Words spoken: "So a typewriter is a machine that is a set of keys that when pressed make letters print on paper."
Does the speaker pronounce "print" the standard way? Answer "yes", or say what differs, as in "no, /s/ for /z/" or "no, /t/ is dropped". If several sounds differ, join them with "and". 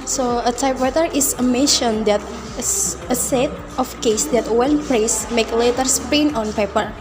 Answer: no, /ɹ/ is dropped and /t/ is dropped